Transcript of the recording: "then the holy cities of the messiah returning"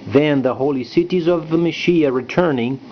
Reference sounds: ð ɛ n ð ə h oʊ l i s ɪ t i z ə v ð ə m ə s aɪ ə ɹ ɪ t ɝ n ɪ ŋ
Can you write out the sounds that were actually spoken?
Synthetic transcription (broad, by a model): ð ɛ n ð ə h oʊ l i s ɪ t i z ə v ð ə m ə ʃ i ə ɹ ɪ t ɝ n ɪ ŋ